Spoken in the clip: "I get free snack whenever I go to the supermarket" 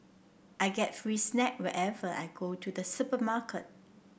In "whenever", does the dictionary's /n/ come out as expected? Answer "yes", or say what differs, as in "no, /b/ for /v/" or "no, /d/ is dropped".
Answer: no, /n/ is dropped